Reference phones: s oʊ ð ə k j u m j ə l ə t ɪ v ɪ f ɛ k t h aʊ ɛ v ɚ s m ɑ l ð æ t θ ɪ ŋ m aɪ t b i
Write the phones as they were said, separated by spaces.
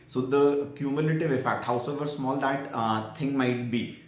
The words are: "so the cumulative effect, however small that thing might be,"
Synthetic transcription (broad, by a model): s oʊ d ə k j u m j ə l ə t ɪ v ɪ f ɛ k t h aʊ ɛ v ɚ s m ɑ l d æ t t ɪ ŋ m aɪ t b i